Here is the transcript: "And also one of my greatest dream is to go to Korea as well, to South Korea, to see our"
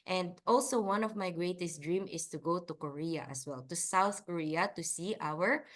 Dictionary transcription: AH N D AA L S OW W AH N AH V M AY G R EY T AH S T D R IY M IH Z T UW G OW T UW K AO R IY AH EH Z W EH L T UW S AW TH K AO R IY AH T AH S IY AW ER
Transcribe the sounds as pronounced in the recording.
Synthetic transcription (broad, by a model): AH N D AA L S OW W AH N AH V M AY G R EY T AH S T D R IY M IH S T UW G OW T UW K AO R IY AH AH S W EH L T UW S AW TH K AO R IY AH T AH S IY AW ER